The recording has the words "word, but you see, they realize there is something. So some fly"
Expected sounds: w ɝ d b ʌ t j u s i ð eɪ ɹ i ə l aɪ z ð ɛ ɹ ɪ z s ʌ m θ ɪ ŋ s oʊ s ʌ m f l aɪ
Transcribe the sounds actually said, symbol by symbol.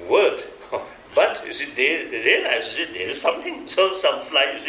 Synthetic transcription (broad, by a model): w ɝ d b ʌ t j u s i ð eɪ ɹ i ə l aɪ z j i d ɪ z s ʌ m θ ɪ ŋ s oʊ s ʌ m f l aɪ